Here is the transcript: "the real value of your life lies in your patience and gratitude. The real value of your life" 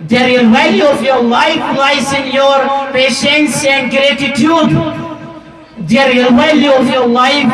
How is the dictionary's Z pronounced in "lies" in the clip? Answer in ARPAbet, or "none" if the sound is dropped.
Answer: S